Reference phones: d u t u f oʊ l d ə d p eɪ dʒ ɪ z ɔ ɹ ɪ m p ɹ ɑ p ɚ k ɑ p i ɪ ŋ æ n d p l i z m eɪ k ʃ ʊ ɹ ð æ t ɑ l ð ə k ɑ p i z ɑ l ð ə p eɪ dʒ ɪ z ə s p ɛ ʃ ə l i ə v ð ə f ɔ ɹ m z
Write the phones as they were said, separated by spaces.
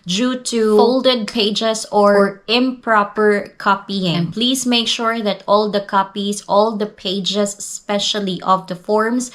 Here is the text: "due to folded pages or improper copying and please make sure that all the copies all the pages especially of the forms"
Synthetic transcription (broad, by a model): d u t u f oʊ l d ə d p eɪ dʒ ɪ s ɔ ɹ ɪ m p ɹ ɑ p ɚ k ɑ p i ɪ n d p l i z m eɪ k ʃ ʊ ɹ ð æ t ɑ l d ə k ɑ p i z ɑ l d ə p eɪ dʒ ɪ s s p ɛ ʃ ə l i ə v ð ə f ɔ ɹ m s